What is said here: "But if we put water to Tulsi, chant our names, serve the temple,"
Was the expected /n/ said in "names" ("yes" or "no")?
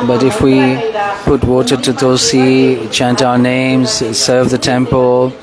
yes